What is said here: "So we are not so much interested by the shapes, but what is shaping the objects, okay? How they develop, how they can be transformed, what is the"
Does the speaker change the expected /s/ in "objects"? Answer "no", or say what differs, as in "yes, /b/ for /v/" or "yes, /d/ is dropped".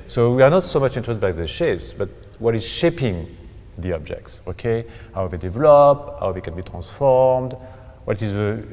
no